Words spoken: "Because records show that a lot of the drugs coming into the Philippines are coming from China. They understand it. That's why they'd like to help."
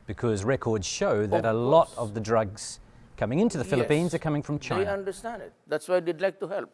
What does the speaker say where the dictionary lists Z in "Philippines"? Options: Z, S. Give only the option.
Z